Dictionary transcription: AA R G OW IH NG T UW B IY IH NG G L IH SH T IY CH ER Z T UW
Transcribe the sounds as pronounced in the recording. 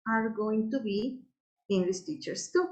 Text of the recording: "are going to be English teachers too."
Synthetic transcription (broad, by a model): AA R G OW IH NG T UW B IY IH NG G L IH S T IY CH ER S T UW